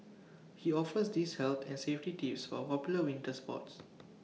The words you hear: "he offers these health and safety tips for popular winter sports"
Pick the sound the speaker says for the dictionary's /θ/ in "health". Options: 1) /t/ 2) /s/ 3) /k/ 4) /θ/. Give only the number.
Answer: 1